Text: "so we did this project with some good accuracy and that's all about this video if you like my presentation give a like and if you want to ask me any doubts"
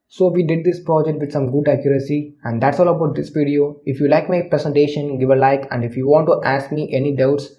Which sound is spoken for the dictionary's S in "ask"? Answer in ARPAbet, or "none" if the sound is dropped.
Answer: S